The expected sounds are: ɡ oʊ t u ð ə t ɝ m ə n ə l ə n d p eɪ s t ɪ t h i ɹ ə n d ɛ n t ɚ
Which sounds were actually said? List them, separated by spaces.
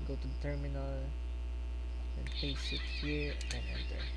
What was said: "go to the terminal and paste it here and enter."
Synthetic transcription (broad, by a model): ɡ oʊ t u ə t ɝ m ə n ə l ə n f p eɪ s ɪ t h i ɹ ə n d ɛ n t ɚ